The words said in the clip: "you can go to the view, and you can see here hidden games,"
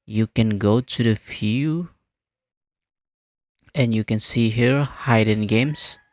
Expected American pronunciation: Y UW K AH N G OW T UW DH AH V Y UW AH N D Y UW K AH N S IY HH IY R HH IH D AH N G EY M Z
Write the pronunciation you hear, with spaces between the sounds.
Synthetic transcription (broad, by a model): Y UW K AH N G OW T UW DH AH F Y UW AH N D Y UW K AH N S IY HH IY R HH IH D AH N G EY M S